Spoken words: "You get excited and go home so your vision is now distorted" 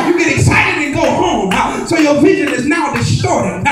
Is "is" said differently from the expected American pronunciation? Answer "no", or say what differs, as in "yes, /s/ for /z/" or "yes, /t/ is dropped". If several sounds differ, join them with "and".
no